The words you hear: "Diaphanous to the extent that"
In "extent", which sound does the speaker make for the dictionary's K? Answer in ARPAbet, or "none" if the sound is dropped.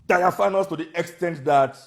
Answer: K